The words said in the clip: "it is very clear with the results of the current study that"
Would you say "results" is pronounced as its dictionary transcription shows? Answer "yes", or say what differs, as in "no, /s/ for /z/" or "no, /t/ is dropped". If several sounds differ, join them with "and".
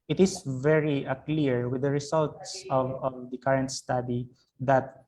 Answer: no, /s/ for /z/